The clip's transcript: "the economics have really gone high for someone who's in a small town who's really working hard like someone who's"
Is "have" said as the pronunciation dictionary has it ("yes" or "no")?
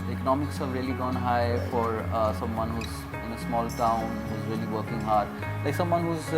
no